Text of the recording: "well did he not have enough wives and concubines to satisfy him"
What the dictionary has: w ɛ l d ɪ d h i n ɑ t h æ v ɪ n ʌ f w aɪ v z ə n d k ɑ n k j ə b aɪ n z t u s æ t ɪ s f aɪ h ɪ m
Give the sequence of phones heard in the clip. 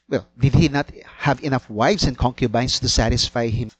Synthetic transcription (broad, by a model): w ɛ l d ɪ d h i n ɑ t h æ v ɪ n ʌ f w aɪ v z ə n k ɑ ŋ k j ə b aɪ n s t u s æ t ɪ s f aɪ h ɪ m